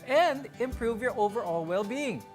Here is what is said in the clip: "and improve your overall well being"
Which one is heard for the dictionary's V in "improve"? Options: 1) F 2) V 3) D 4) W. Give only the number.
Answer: 2